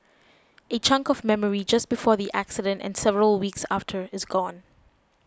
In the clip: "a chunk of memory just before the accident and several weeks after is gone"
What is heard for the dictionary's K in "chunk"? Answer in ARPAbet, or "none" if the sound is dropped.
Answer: K